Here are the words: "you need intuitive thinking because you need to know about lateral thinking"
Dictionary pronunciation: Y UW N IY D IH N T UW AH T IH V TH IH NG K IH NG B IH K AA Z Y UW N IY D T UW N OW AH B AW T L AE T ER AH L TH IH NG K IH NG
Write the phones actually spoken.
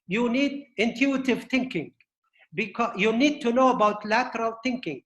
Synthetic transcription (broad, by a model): Y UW N IY D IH N T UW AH T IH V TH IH NG K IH NG B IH K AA Y UW N IY D T UW N OW AH B AW T L AE T ER AH L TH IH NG K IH NG